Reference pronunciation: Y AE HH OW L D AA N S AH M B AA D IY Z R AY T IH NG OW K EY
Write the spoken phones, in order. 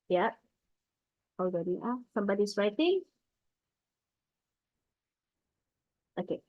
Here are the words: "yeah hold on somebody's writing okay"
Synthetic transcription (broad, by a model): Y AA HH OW W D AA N S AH M B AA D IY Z R AY T IH NG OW K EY